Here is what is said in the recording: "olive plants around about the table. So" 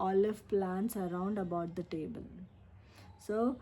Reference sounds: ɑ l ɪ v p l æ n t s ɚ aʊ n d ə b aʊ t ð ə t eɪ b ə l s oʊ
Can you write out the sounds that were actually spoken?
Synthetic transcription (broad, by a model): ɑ l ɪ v p l æ n t s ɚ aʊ n d ə b aʊ t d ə t eɪ b ə l s oʊ